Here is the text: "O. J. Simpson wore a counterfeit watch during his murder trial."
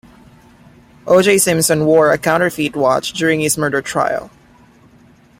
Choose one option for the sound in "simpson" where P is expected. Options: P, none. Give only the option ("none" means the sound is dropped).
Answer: none